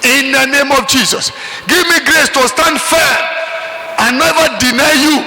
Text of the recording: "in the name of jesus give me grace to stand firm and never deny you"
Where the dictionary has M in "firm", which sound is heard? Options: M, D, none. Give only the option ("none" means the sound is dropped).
none